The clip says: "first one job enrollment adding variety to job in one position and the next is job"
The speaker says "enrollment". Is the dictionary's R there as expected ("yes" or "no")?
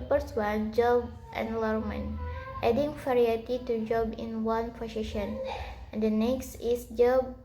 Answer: no